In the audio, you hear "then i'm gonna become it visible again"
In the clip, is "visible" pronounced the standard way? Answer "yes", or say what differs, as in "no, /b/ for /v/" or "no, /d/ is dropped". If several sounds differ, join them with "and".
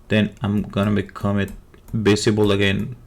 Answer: no, /b/ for /v/ and /s/ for /z/